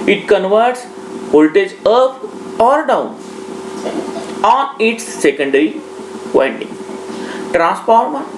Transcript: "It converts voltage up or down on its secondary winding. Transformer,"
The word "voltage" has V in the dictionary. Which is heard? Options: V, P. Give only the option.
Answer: P